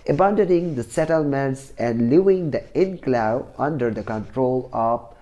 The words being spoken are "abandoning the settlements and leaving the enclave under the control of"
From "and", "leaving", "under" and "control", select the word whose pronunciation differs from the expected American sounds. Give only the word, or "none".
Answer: leaving